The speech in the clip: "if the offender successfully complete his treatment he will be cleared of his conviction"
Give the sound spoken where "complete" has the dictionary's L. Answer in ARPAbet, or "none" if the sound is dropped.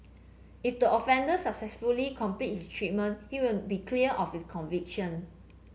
none